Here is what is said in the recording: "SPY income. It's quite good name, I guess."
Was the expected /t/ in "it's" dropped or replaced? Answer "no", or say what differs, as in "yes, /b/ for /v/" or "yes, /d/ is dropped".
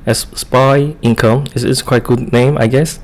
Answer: yes, /s/ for /t/